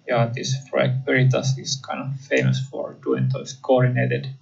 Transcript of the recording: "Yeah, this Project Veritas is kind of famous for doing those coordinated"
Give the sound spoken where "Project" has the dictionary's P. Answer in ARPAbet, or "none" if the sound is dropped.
F